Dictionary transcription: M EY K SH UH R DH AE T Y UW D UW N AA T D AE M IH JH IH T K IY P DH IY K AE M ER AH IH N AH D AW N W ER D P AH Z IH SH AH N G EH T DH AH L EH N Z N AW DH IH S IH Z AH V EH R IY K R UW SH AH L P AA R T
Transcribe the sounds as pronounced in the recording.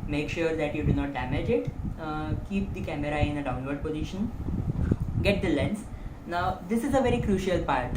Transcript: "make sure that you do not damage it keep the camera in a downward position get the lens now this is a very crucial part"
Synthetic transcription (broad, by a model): M EY K SH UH R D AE T Y UW D UW N AA T D AE M IH JH IH T K IY P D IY K AE M ER AH IH N AH D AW N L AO D P AH Z IH SH AH N G EH T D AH L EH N S N AW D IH S IH Z AH V EH R IY K R UW SH AH L P AA R T